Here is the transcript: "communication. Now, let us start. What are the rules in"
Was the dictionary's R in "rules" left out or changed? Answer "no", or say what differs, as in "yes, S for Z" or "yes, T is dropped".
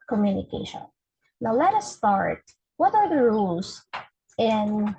no